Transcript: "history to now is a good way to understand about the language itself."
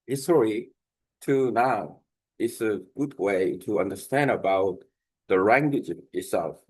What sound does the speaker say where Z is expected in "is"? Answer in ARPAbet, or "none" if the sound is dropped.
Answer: S